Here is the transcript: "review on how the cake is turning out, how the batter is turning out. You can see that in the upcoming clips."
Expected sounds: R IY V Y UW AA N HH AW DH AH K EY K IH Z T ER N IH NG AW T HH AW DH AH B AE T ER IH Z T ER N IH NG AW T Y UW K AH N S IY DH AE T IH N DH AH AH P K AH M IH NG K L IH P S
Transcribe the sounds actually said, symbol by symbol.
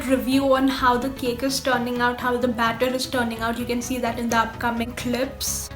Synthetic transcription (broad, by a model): R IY V Y UW AA N HH AW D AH K EY K IH Z T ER N IH NG AW T HH AW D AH B AE T ER IH Z T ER N IH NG AW T Y UW K AH N S IY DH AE T IH N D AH AH P K AH M IH NG K L IH P S